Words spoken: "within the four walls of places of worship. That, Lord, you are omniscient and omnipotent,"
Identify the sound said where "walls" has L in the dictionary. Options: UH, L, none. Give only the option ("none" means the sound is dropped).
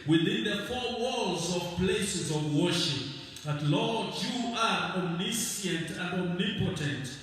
L